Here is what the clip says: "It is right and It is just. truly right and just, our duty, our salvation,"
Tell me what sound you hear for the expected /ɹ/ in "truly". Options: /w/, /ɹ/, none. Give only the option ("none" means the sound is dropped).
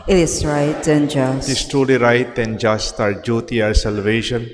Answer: none